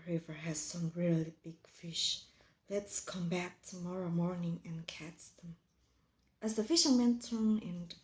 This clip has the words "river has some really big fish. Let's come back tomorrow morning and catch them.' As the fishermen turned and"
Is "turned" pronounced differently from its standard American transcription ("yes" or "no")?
yes